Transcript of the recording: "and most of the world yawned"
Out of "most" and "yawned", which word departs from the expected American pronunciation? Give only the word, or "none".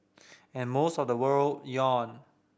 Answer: yawned